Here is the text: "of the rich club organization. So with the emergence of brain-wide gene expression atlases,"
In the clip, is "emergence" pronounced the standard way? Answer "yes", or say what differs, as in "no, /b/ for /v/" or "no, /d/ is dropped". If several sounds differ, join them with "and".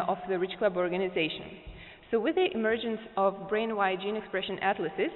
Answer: yes